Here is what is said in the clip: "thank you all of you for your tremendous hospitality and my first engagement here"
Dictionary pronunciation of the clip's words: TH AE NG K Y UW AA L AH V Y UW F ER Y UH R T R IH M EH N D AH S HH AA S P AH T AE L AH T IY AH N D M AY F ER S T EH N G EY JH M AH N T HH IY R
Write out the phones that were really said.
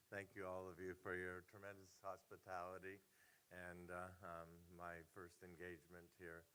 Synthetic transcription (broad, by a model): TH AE NG K Y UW AA L AH V Y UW F ER Y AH R T R IH M EH N D AH S HH AA S P AH T AE L AH T IY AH N M AY F ER S T EH N G EY JH M AH N T HH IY R